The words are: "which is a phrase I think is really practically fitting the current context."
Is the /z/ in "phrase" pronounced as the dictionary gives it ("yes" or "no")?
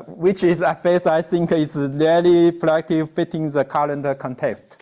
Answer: no